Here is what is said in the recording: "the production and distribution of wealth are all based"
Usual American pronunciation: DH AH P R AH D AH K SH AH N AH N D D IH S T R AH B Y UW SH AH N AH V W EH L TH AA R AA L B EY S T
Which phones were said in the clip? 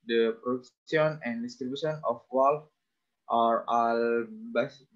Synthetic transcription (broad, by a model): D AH P R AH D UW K S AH N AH N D D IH S T R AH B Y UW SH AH N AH F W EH L F AA R AA L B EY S